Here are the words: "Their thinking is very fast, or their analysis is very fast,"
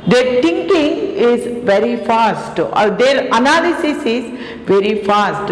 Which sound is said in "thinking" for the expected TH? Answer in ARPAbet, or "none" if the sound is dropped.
T